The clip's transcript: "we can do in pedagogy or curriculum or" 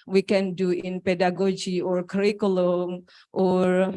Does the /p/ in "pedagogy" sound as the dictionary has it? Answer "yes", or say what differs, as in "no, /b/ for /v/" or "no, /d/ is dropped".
yes